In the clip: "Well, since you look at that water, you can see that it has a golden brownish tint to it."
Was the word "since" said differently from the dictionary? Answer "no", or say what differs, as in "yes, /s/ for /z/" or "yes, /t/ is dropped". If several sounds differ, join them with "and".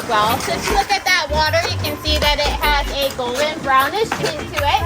yes, /n/ is dropped